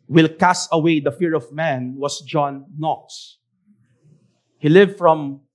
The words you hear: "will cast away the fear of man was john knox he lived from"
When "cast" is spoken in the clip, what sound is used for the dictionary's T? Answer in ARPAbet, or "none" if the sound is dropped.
none